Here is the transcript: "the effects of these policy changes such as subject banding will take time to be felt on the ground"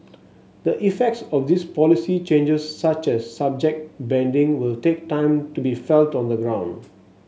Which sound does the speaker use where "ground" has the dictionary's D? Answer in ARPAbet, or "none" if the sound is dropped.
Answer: D